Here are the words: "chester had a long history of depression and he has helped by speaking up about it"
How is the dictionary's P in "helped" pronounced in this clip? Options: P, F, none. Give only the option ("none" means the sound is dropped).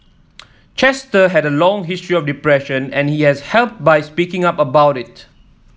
P